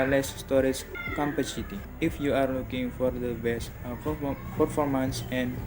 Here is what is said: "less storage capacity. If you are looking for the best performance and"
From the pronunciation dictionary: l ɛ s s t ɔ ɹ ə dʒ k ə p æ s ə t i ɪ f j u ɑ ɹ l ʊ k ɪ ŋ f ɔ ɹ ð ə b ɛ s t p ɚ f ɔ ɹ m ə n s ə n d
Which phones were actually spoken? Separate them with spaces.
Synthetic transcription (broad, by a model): l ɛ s s t ɔ ɹ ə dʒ k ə p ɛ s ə t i ɪ f j u ɑ ɹ l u k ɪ ŋ f ɔ ɹ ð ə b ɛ s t p ɚ f ɔ ɹ m ə n s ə n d